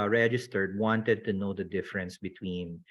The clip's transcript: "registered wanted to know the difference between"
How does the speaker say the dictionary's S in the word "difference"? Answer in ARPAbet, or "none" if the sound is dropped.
S